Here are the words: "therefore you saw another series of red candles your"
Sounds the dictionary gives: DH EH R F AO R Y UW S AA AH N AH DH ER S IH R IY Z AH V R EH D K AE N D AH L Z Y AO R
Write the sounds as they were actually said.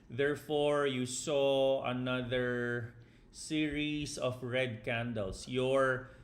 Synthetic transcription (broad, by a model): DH EH R F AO R Y UW S AA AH N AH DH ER S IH R IY S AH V R EH D K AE N D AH L S Y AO R